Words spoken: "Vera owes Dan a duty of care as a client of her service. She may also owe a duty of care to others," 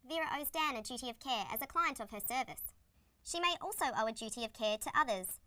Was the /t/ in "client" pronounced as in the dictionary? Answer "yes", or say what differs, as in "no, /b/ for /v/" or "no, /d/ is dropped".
yes